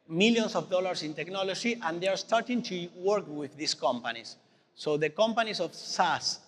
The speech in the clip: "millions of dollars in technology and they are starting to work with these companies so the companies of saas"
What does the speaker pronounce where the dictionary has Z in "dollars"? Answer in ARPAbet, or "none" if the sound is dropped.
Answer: S